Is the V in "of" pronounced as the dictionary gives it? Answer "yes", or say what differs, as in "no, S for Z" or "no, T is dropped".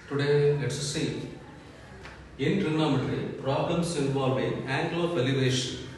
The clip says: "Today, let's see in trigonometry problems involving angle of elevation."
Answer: no, P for V